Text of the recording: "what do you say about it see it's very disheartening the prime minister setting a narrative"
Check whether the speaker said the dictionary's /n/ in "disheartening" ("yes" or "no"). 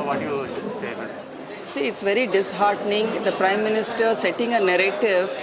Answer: yes